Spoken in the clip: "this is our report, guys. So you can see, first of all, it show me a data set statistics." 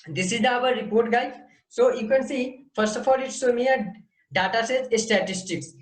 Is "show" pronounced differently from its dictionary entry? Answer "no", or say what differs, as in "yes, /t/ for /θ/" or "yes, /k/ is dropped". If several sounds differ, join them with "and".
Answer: yes, /s/ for /ʃ/